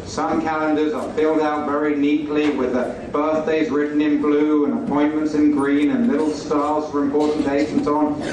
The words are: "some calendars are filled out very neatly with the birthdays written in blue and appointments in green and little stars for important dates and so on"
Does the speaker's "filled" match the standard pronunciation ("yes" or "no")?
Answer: yes